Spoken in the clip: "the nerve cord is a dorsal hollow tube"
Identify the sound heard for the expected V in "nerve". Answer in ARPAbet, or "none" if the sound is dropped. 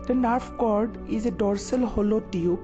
F